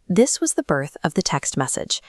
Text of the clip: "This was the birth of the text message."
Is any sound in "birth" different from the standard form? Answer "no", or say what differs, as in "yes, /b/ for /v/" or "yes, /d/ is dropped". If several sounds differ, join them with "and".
no